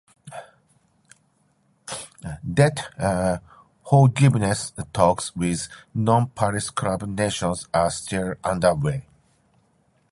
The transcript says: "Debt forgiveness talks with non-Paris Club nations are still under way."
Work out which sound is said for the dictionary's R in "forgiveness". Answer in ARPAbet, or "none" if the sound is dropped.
L